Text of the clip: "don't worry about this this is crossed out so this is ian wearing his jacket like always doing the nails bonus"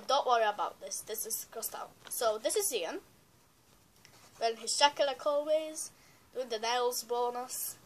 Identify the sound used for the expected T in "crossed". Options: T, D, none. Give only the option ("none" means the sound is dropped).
T